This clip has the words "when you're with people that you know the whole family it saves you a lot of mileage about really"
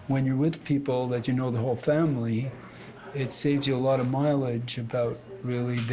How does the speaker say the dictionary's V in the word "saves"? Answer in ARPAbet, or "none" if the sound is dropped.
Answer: V